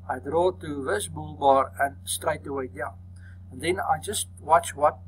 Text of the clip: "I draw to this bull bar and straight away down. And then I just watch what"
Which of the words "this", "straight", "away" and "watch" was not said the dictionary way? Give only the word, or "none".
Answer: none